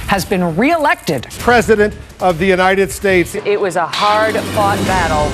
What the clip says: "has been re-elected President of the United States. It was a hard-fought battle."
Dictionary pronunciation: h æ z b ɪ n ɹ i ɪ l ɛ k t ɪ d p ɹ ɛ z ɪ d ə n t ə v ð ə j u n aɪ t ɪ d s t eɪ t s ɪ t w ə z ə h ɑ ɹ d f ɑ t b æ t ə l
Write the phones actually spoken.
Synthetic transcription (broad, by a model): h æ z b ɪ n ɹ i ɪ l ɛ k t ɪ d p ɹ ɛ z ɪ d ə n t ə v ð ə j u n aɪ t ɪ d s t eɪ t s ɪ t w ə z ə h ɑ ɹ d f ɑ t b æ t l